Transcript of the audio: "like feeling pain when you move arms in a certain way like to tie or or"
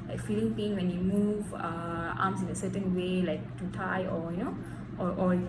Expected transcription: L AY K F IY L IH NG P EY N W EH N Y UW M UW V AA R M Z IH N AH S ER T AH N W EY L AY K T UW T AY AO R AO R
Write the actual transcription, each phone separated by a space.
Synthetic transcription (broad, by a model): L AY K F IY L IH NG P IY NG W EH N Y UW M UW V AA M S IH N AH S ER T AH N W EY L AY K T UW T AY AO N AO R